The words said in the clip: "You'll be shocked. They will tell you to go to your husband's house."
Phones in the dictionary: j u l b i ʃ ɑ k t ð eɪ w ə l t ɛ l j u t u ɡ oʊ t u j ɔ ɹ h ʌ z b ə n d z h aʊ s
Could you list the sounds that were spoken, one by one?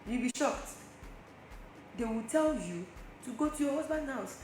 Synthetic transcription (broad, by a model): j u b i ʃ ɑ k t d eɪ w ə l t ɛ l j u t u ɡ oʊ t u j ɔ h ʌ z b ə n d h aʊ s